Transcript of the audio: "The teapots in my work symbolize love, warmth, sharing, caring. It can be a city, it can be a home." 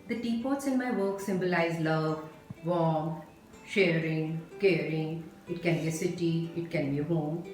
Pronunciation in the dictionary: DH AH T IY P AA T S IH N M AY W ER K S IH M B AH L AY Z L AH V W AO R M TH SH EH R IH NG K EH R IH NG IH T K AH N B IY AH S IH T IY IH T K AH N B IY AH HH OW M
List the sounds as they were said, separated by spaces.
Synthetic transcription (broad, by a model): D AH T IY P AA T S IH N M AY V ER K S IH M B AH L AY Z L AH V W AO M SH EH R IH NG K EH R IH NG IH T K AH N B IY AH S IH T IY IH T K AH N B IY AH HH OW M